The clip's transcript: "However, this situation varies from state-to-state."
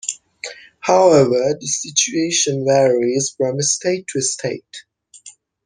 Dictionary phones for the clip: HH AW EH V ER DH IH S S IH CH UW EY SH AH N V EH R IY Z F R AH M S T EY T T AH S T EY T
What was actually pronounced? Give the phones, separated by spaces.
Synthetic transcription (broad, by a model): HH AW EH V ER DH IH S S IH CH UW EY SH AH N V EH R IY Z F R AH M S T EY T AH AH S T EY T